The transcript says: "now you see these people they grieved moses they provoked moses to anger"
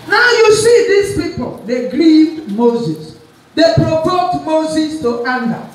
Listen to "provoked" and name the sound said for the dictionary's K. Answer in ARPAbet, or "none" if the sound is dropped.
none